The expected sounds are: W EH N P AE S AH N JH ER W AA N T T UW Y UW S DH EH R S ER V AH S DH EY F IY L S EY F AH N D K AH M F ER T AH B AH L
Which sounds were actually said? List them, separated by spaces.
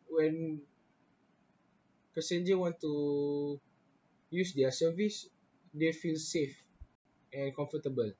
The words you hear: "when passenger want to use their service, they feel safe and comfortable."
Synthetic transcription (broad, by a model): W EH N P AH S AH N JH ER W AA N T T UW Y UW S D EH S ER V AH S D EY F IY L S EY F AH N K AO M F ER T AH B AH L